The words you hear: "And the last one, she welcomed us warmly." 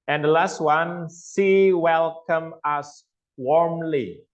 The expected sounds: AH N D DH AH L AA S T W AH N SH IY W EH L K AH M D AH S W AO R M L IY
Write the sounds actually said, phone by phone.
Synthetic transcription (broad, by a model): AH N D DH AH L AA S T W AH N S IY W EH L K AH M AH S W AO R M L IY